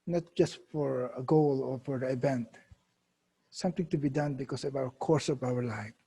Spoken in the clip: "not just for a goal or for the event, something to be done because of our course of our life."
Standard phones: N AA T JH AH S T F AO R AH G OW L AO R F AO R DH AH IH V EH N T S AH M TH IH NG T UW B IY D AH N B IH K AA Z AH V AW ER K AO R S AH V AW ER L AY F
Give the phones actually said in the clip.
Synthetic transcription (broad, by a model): N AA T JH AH S T F AO R AH G OW L AO R F AO R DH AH IH V EH N T S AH M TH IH NG T UW B IY D AH N B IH K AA S AH V AW ER K AO R S AH V AW ER L AY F